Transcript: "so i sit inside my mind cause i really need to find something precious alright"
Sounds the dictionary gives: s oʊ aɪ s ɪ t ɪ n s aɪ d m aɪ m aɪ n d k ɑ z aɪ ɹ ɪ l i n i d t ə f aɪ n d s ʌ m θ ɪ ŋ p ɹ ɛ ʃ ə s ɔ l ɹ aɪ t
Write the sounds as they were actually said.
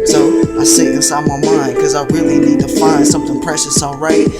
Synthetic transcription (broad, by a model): s oʊ aɪ s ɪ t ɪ s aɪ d m aɪ m aɪ n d k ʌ z aɪ ɹ ɪ l i n i d t ə f aɪ n d s ʌ m θ ɪ ŋ p ɹ ɛ ʃ ə s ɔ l ɹ aɪ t